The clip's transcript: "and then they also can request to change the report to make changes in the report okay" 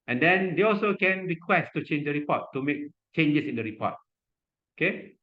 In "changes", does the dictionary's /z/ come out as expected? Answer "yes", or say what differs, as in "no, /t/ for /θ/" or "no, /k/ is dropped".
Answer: no, /s/ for /z/